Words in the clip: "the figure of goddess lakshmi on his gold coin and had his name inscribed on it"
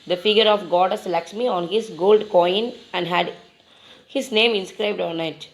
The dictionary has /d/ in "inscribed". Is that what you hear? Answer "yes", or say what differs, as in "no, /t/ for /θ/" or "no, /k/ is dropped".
yes